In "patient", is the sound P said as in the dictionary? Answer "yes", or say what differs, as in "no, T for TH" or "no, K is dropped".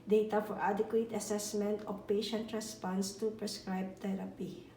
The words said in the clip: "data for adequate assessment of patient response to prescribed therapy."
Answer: yes